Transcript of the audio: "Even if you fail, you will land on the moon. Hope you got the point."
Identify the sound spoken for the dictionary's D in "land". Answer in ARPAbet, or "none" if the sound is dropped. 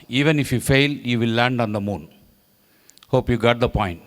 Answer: D